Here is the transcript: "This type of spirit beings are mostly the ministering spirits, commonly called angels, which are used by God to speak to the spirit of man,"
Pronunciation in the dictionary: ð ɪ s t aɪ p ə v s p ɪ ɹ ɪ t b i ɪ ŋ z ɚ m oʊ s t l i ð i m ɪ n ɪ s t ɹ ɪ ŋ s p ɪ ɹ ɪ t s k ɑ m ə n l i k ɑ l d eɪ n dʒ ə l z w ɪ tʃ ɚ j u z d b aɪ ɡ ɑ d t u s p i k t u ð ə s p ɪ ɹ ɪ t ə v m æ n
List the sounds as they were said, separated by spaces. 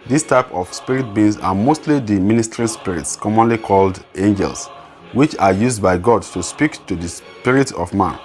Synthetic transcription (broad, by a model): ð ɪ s t aɪ p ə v s p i ɹ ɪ t b i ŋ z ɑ m oʊ s t l i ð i m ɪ n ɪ s t ɹ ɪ s p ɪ ɹ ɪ t s k ɑ m ə n l i k ɑ l d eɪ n dʒ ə l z w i tʃ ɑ j u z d b aɪ ɡ ɑ d t u s p i k t u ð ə s p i ɹ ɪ t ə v m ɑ n